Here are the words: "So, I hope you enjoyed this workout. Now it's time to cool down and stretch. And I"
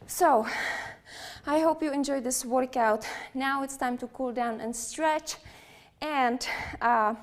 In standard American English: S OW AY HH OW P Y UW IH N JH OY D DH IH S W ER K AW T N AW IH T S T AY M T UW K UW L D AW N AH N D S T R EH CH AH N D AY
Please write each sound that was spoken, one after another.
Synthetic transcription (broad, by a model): S OW AY HH OW P Y UW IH N JH OY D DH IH S W ER K AW T N AW IH T S T AY M T UW K UW L D AW N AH N S T R EH CH AH N D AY